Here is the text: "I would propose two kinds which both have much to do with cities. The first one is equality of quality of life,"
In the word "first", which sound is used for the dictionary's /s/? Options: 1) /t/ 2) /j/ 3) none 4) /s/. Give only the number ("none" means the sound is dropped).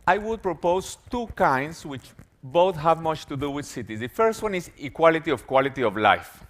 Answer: 4